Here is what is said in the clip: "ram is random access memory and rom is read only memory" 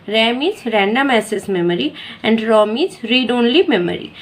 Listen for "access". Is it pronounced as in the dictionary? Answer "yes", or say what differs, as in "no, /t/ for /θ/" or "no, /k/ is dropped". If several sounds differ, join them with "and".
no, /k/ is dropped